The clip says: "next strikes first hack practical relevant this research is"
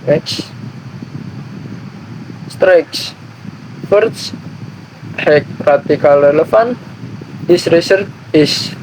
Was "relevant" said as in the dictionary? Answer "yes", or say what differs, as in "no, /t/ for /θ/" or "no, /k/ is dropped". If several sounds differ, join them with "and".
no, /f/ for /v/